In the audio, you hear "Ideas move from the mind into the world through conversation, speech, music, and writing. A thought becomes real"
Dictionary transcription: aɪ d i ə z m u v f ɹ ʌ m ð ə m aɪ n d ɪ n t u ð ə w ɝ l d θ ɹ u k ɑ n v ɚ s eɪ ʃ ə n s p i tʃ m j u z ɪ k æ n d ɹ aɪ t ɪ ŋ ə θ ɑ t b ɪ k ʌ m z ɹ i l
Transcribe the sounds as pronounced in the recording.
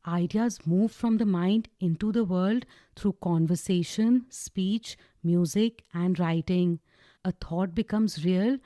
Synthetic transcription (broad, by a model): aɪ d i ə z m u v f ɹ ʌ m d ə m aɪ n d ɪ n t u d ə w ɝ l d t ɹ u k ɑ n v ɚ s eɪ ʃ ə n s p i tʃ m j u z ɪ k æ n d ɹ aɪ t ɪ ŋ ə t ɑ t b ɪ k ʌ m z ɹ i l